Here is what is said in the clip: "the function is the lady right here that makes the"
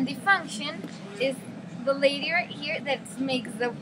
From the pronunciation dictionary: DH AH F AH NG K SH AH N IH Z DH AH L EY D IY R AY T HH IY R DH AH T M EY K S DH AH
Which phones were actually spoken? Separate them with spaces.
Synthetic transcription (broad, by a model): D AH F AH NG K SH AH N IH Z DH AH L EY D IY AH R HH IY R DH AH T M EY K S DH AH